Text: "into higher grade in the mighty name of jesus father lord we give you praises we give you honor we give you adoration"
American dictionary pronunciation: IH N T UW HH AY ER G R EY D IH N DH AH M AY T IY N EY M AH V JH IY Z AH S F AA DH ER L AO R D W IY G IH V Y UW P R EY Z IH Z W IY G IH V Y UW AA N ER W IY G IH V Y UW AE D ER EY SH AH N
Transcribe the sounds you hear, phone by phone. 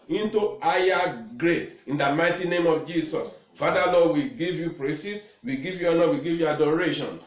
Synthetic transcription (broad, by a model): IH N T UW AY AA G R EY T IH N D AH M AY T IY N EY M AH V JH IY S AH S F AA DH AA L AO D W IY G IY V Y UW P R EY S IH S W IY G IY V Y UW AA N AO W IY G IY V Y UW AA D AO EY SH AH N